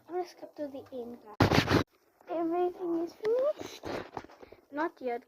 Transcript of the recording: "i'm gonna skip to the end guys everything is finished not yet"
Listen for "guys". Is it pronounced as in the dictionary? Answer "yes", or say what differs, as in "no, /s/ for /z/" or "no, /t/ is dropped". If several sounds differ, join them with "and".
no, /z/ is dropped